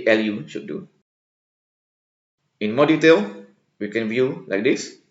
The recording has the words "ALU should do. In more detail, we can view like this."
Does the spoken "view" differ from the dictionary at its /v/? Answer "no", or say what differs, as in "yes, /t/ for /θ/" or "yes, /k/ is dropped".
no